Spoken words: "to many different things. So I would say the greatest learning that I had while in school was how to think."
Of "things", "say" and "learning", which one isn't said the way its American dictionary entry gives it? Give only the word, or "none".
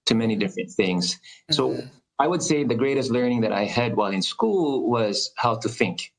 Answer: none